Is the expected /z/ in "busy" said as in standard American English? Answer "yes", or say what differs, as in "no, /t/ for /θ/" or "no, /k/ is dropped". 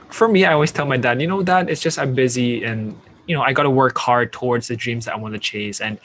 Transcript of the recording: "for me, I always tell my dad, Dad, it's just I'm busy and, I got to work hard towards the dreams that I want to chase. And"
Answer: yes